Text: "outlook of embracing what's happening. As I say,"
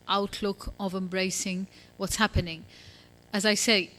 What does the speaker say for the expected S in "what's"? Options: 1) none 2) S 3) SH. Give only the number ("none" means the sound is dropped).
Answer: 2